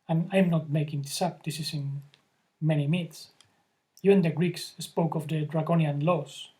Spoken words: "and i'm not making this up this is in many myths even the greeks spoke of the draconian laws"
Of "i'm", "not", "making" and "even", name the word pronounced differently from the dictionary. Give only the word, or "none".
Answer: even